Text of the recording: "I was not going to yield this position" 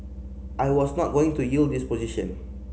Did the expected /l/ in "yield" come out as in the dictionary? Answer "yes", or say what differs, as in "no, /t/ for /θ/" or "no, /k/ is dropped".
yes